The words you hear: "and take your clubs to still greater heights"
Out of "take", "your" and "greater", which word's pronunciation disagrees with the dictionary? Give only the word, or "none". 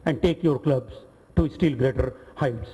none